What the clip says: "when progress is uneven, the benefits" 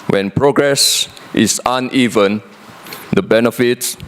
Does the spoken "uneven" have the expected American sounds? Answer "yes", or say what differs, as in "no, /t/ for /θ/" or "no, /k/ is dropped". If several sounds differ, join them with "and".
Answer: yes